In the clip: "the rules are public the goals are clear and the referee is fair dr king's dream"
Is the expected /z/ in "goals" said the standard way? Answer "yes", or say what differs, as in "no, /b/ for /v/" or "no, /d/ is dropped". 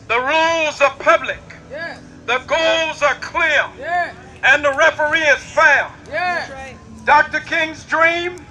yes